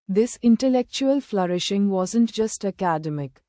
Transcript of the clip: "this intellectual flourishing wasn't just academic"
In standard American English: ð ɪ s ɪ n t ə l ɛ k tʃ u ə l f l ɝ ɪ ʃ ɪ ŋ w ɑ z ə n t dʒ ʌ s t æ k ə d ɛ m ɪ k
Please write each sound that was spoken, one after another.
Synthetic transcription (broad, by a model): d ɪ s ɪ n t ə l ɛ k tʃ u ə l f l ɝ ɪ ʃ ɪ ŋ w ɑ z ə n t dʒ ʌ s t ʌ k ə d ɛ m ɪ k